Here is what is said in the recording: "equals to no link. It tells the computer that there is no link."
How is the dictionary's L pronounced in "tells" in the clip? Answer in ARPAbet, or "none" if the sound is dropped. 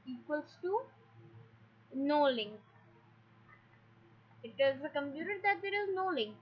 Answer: none